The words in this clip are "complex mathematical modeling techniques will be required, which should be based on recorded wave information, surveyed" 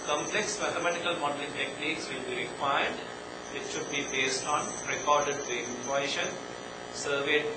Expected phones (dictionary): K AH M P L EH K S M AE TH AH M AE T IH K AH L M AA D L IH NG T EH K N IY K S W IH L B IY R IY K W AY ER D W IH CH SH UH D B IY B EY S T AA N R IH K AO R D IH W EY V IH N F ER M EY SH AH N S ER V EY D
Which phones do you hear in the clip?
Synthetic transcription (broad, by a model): K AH M P L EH K S M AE T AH M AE T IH K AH L M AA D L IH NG T EH K N IY K S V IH L B IY R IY K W AY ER D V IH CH SH UH D B IY B EY S T AA N R IH K AO R D IH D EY IH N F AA EY SH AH N S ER V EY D